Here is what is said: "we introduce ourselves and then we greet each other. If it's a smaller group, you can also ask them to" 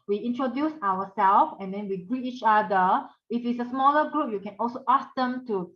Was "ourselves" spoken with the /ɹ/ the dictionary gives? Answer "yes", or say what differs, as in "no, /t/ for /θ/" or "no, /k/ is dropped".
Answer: no, /w/ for /ɹ/